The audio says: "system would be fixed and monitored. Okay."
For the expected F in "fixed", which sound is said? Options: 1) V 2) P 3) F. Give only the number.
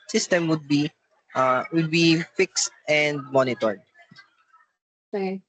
3